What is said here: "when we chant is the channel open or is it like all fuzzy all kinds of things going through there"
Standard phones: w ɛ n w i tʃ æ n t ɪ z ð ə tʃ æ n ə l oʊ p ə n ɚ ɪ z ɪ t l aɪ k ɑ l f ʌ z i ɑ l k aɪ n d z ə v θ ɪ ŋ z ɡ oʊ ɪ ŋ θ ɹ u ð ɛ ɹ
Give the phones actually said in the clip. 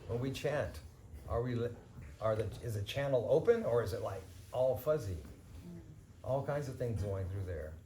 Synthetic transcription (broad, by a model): w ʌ n w i tʃ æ n t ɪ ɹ ð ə tʃ æ n l oʊ p ə n ɚ ɪ z ɪ t l aɪ k ɑ l f ʌ z i ɑ l k aɪ n d z ə v θ ɪ ŋ z ɡ oʊ ɪ ŋ θ ɹ u ð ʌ ɹ